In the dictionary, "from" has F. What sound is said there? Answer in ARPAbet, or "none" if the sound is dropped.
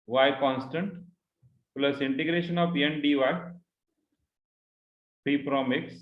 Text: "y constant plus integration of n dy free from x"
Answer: P